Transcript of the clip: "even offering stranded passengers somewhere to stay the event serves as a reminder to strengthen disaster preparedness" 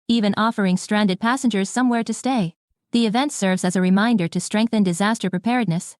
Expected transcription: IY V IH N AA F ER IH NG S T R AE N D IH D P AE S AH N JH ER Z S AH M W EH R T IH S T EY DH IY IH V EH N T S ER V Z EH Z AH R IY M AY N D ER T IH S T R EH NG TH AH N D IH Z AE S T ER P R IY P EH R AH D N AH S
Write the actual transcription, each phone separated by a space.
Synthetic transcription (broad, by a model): IY V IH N AA F ER IH NG S T R AE N D IH D P AE S AH N JH ER Z S AH M W EH R T IH S T EY DH IY IH V EH N T S ER V Z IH Z AH R IY M AY N D ER T IH S T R EH NG TH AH N D IH Z AE S T ER P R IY P EH R D N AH S